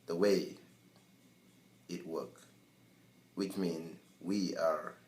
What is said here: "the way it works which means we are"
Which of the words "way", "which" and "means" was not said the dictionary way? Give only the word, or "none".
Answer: means